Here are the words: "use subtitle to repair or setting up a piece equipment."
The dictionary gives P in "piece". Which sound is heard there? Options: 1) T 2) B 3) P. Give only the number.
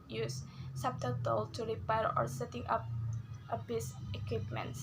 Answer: 2